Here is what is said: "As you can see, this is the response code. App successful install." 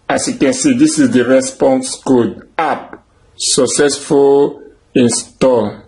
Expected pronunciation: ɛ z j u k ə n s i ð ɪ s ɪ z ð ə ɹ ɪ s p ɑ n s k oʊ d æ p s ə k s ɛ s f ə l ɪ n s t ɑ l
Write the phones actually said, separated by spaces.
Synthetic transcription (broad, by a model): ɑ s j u k ə n s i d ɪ s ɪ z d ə ɹ ɪ s p ɑ n s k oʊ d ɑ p s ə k s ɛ s f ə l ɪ n s t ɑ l